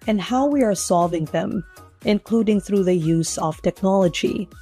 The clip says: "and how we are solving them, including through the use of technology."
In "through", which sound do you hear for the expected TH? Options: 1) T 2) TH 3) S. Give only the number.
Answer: 2